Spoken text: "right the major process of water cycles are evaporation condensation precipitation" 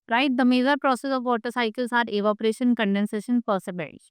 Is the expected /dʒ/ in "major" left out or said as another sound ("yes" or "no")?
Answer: yes